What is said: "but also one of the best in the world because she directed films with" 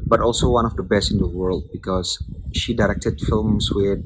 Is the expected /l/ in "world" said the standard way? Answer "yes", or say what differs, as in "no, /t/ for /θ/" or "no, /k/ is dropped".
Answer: yes